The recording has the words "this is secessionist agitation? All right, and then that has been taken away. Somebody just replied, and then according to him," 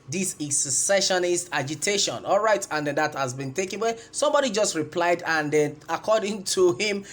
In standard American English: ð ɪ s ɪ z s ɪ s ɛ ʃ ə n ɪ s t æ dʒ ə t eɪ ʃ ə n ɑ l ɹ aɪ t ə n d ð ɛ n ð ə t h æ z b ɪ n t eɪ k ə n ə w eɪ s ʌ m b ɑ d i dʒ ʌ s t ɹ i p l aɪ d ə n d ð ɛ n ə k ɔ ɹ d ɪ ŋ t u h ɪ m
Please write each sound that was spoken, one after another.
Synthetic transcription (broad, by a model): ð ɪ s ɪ s ɪ s ɛ ʃ ə n ɪ s t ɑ dʒ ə t eɪ ʃ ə n ɑ l ɹ aɪ t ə n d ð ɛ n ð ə t h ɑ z b ɪ n t eɪ k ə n w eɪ s ʌ m b ɑ d i dʒ ʌ s t ɹ i p l aɪ d ə n d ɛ n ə k ɔ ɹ d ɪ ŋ t u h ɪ m